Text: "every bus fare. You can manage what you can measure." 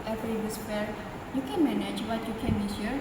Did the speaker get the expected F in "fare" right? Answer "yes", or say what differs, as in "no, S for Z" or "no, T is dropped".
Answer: no, P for F